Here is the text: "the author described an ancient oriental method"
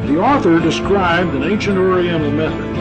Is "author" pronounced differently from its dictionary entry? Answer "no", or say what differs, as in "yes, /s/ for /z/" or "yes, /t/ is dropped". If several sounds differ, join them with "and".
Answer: no